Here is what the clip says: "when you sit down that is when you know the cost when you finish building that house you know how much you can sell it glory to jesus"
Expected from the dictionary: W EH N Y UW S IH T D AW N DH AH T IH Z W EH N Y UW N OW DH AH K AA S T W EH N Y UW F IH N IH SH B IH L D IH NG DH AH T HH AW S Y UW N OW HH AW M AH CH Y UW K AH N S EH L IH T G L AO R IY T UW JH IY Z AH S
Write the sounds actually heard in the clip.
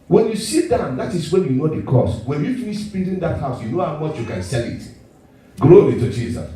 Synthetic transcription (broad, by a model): W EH N Y UW S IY T D AW N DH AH T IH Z W EH N Y UW N OW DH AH K AA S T W EH N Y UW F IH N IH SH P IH N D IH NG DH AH T HH AW S Y UW N OW HH AW M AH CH Y UW K AH N S EH L IH T G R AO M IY T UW JH IY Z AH S